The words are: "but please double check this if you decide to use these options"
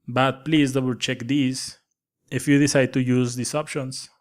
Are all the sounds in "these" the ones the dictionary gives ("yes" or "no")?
no